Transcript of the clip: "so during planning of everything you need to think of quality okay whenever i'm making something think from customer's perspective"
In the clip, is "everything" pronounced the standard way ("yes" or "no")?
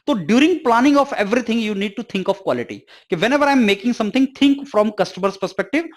no